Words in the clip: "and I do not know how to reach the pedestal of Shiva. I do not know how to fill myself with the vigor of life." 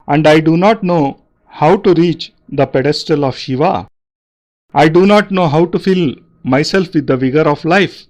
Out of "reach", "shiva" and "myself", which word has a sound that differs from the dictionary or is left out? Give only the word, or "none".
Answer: none